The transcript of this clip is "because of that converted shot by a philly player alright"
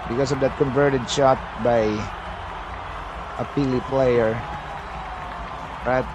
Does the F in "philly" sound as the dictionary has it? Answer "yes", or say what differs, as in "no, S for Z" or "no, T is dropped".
no, P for F